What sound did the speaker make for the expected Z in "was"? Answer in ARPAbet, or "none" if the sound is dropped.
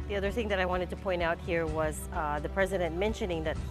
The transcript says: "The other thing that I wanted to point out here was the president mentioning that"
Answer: Z